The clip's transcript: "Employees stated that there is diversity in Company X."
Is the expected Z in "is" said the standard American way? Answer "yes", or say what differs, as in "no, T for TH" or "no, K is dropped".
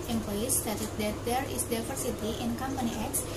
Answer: no, S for Z